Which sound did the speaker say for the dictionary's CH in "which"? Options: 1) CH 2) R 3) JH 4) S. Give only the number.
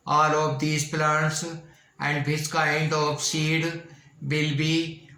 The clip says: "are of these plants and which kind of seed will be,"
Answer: 4